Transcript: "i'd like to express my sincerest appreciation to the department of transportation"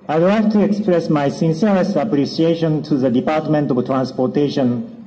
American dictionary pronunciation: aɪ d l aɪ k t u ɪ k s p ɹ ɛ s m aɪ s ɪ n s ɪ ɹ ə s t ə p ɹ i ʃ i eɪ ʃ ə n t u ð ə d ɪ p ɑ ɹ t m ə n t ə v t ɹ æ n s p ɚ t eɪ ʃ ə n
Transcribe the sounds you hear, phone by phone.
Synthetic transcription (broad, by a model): aɪ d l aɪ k t u ɪ k s p ɹ ɛ s m aɪ s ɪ n s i ə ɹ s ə p ɹ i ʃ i eɪ ʃ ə n t u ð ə d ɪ p ɑ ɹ t m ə n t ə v t ɹ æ n s p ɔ t eɪ ʃ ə n